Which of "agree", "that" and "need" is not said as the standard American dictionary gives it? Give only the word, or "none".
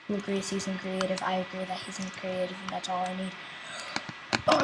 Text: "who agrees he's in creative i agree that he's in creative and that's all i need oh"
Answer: agree